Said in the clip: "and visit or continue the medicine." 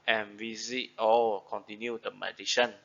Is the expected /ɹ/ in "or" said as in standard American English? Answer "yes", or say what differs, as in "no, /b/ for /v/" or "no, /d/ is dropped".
no, /l/ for /ɹ/